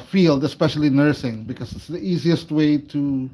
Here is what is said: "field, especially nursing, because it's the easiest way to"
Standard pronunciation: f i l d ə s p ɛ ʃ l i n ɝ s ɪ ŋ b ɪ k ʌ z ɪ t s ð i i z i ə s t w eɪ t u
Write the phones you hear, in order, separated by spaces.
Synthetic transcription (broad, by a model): f i l d ə s p ɛ ʃ l i n ɝ s ɪ ŋ b ɪ k ʌ z ɪ t s ð i i z i ə s t w eɪ t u